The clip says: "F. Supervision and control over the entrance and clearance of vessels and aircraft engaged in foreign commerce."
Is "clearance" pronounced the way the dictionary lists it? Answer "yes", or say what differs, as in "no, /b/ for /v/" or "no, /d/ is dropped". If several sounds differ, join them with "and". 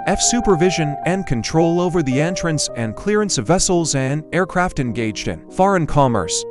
yes